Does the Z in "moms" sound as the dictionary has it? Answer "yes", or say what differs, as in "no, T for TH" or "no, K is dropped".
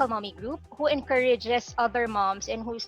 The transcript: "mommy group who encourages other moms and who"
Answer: no, S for Z